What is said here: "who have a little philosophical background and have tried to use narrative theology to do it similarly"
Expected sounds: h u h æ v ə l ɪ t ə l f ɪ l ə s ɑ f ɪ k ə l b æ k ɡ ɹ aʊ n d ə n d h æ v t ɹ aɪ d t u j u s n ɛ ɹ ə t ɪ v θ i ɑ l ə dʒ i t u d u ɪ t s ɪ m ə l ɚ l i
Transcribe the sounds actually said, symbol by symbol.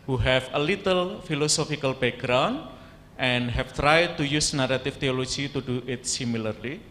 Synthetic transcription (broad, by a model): h u h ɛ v ə l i t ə l f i l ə s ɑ f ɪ k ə l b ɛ ɡ ɹ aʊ n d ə n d h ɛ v t ɹ aɪ d t u j u s n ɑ ɹ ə t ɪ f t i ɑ l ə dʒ i t u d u ɪ t s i m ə l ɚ l i